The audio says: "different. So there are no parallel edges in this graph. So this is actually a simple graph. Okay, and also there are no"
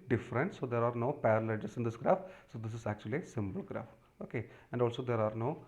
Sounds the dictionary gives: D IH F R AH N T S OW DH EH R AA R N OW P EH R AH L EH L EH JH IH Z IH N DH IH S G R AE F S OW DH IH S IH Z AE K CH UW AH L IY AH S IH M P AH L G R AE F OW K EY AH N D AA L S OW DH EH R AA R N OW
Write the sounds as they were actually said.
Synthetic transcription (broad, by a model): D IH F R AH N T S OW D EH R AA R N OW P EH R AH L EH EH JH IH S IH N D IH S G R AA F S OW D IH S IH Z AE K CH UW AH L IY S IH M B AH L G R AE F OW K EY AH N D AA L S OW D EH R AA R N OW